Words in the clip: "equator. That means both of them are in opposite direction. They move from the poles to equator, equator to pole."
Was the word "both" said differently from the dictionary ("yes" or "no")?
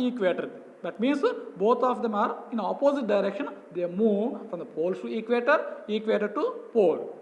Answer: yes